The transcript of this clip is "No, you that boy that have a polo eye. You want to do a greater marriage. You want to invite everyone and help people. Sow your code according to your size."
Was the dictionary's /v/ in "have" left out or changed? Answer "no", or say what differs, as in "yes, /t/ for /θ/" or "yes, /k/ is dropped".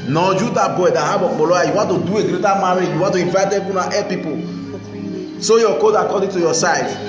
yes, /b/ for /v/